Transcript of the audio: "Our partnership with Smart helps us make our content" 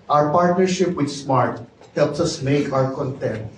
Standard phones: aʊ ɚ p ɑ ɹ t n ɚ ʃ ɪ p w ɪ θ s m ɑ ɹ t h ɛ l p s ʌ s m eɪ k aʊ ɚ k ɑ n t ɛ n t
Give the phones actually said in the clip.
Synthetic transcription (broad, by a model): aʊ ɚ p ɑ ɹ t n ɚ ʃ ɪ p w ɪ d s m ɑ ɹ t h ɛ l p s ʌ s m eɪ k aʊ ɚ k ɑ n t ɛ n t